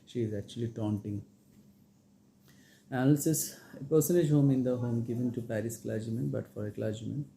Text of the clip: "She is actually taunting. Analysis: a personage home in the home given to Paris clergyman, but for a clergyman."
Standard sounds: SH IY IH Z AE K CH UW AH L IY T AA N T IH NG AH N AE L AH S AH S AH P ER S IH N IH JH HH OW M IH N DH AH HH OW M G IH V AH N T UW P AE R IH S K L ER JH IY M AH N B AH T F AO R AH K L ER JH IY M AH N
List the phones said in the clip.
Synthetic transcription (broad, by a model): SH IY IH Z AE K CH UW AH L IY T AA N T IH NG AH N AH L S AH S AH P ER S IH N IH JH HH OW M IH N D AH HH OW M G IH V AH N T UW P AE R IH S K L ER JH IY M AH N B AH T F AO R AH K L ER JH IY M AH N